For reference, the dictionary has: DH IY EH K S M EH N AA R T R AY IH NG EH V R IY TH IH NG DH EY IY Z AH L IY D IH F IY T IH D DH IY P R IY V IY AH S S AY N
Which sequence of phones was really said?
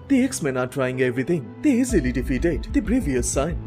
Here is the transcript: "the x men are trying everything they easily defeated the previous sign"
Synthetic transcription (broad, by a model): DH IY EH K S M EH N AA R T R AY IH NG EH V R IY T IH NG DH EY IY Z AH L IY D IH F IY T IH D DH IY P R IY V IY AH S S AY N